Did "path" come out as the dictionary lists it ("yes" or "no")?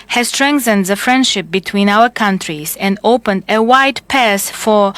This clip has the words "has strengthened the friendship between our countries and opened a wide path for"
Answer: no